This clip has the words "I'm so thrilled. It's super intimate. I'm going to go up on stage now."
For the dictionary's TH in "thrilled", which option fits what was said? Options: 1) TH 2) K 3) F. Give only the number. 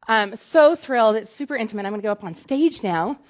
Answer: 1